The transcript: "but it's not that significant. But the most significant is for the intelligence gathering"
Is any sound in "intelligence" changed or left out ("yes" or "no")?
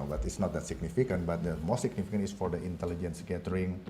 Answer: no